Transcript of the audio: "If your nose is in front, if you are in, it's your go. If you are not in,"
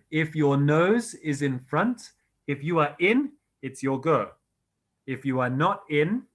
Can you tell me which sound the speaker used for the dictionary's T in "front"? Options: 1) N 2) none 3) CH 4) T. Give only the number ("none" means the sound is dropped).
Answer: 4